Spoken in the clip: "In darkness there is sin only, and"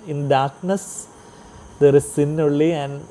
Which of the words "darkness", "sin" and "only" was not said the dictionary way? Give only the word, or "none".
only